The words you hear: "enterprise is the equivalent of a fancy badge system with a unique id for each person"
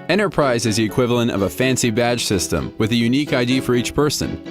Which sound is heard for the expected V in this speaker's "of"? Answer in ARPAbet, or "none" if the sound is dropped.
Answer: V